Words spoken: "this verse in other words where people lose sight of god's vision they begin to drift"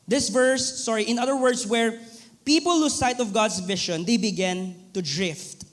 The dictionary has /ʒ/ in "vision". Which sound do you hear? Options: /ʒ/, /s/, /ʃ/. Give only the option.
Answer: /ʃ/